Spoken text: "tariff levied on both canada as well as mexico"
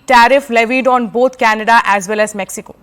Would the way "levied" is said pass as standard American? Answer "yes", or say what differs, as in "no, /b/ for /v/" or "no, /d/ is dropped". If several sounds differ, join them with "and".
yes